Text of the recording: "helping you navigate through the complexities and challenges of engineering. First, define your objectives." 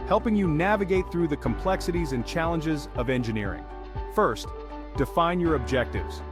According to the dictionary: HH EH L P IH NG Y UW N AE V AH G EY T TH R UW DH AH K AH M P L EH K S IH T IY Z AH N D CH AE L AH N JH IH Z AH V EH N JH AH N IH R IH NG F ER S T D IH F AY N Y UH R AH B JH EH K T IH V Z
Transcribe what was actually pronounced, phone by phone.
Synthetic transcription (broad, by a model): HH EH L P IH NG Y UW N AE V AH G EY T TH R UW DH AH K AH M P L EH K S IH T IY Z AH N CH AE L AH N JH IH Z AH V EH N JH AH N IH R IH NG F ER S T D IH F AY N Y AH R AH B JH EH K T IH V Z